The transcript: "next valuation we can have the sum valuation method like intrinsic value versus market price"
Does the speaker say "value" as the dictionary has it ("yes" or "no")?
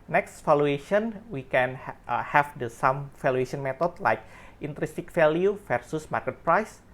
no